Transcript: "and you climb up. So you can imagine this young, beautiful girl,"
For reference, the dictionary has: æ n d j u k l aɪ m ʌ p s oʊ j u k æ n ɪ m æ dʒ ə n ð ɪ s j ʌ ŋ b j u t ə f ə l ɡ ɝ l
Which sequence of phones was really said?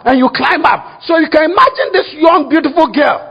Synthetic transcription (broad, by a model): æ n j u k l aɪ m ʌ p s oʊ j u k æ n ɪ m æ dʒ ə n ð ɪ s j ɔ ŋ b j u t ə f ə l ɡ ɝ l